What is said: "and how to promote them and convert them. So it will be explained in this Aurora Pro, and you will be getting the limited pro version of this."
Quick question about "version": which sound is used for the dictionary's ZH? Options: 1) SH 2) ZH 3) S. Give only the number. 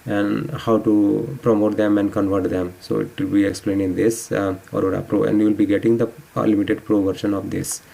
1